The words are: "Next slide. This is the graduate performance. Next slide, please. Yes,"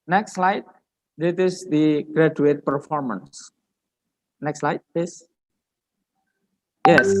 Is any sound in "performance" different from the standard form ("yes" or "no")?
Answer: no